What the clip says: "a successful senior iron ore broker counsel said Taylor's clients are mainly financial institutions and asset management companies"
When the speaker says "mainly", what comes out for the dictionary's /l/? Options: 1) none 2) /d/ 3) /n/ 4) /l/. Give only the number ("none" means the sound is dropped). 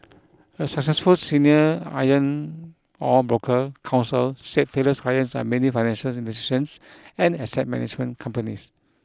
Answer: 1